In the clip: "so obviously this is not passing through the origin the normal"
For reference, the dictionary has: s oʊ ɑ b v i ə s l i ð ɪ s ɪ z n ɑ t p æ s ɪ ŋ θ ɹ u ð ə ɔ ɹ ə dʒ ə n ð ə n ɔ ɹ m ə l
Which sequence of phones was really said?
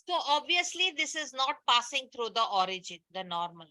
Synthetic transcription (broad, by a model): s oʊ ɑ b v i ə s l i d ɪ s ɪ z n ɑ t p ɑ s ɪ ŋ t ɹ u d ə ɔ ɹ ə dʒ ə n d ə n ɔ ɹ m ə l